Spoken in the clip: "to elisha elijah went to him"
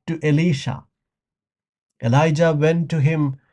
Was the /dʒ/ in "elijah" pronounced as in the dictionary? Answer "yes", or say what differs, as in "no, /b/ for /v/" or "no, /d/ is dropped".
yes